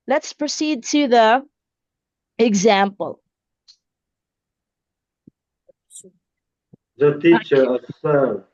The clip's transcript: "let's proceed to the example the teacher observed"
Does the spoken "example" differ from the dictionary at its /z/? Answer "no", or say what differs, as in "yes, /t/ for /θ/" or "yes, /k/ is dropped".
no